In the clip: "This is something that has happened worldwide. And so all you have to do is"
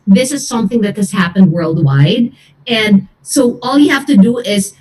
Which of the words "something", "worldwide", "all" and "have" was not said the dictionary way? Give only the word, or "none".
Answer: have